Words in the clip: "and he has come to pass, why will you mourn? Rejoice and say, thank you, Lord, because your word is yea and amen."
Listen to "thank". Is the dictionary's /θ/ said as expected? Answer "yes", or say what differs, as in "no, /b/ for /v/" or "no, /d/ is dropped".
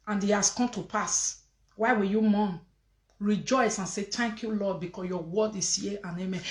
no, /t/ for /θ/